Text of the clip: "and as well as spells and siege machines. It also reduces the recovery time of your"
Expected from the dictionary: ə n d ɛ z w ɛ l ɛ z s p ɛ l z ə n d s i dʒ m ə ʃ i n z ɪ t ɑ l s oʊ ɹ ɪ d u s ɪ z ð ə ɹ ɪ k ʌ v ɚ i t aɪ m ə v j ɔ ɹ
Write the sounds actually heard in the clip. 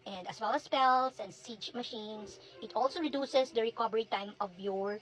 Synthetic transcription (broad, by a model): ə n d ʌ s w ɛ l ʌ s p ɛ l s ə n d s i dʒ m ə ʃ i n s ɪ t ɑ l s oʊ ɹ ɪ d u s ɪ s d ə ɹ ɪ k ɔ b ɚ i t aɪ m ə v j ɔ ɹ